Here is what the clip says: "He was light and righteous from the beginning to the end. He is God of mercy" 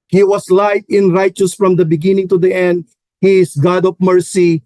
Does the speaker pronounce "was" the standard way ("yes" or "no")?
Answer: no